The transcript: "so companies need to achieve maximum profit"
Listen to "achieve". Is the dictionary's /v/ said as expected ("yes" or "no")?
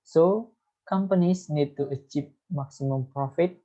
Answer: no